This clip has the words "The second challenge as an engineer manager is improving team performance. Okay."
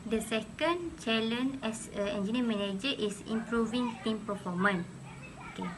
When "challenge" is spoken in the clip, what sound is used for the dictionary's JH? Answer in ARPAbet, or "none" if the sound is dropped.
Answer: none